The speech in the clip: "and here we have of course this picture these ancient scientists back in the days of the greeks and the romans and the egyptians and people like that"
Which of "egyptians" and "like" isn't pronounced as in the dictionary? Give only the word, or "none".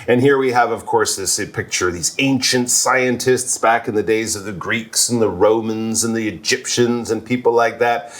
none